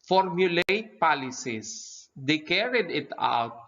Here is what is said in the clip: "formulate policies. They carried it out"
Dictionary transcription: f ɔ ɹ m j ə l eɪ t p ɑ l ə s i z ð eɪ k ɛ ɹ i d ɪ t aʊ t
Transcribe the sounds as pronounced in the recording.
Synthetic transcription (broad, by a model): f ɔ ɹ m j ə l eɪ t p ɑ l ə s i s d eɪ k ɛ ɹ i d ɪ t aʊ t